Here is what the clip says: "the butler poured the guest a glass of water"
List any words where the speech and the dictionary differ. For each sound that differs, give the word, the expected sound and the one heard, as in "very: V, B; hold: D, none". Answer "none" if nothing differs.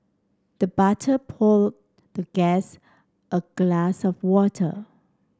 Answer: butler: L, none; poured: R, L